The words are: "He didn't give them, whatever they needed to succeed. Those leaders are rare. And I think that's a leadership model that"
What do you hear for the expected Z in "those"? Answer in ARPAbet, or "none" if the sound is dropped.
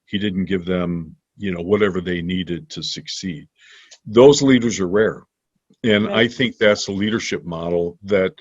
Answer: Z